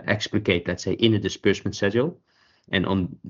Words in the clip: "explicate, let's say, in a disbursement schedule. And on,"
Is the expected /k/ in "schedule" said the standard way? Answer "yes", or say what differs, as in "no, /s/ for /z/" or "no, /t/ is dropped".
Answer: no, /k/ is dropped